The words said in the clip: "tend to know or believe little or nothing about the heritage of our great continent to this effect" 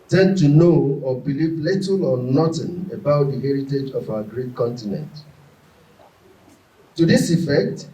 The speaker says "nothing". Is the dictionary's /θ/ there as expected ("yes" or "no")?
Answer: no